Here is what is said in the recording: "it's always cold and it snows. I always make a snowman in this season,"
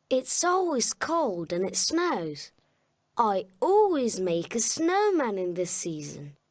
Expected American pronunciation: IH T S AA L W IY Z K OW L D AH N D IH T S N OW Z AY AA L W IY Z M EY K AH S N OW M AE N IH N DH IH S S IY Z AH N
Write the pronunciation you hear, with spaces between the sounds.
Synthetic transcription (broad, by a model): IH T S AA L W IY Z K OW L D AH N IH T S N OW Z AY AA L W IY Z M EY K AH S N OW M AE N IH N DH IH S S IY Z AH N